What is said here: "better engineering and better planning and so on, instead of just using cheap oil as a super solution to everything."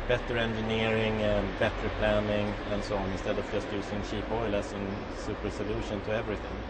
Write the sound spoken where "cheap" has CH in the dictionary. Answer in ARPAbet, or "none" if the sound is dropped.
SH